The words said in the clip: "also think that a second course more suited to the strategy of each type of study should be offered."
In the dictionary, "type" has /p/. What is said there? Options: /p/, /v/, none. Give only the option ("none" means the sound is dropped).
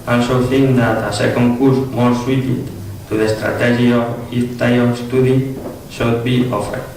none